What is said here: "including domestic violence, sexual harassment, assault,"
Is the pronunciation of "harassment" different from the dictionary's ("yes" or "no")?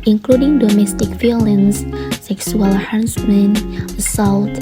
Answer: yes